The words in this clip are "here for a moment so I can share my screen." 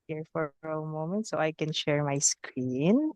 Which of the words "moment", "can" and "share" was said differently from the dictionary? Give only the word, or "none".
none